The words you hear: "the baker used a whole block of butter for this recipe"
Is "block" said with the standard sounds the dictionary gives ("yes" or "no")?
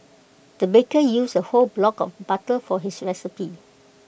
yes